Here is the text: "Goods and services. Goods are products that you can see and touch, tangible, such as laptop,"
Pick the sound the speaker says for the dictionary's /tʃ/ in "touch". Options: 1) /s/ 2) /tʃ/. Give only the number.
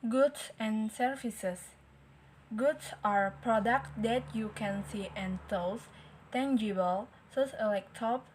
1